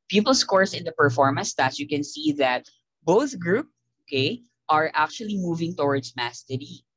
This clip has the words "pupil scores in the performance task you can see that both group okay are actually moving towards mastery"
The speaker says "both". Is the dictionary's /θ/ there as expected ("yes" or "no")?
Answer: yes